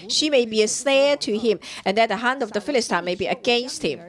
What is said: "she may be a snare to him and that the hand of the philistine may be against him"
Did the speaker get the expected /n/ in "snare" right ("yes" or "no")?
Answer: no